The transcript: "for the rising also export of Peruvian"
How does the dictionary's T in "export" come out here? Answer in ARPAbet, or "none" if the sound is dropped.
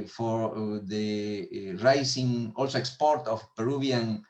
T